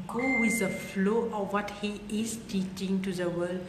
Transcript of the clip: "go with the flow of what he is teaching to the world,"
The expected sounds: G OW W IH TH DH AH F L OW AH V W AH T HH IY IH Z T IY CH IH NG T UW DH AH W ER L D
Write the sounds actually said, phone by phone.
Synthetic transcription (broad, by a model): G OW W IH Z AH F L OW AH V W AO T HH IY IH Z T IY CH IH NG T UW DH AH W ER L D